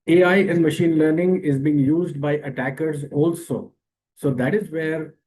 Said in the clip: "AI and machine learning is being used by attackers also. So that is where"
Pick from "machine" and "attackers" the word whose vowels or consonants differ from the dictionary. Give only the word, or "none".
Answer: none